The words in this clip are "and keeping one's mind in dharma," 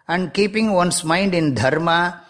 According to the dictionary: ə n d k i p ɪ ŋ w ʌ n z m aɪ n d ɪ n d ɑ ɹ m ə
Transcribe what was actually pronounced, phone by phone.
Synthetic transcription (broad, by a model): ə n d k i p ɪ ŋ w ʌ n s m aɪ n d ɪ n d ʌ ɹ m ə